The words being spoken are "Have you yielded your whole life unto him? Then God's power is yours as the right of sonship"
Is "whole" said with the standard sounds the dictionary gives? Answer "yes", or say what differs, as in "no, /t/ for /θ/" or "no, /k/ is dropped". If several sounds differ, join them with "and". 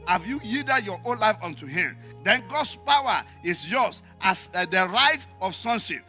no, /n/ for /l/